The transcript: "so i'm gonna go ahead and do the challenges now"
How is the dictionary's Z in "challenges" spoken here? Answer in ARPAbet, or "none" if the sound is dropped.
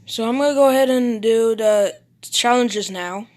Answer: Z